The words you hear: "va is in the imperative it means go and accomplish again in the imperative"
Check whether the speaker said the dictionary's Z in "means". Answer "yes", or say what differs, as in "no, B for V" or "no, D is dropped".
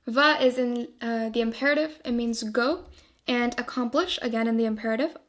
yes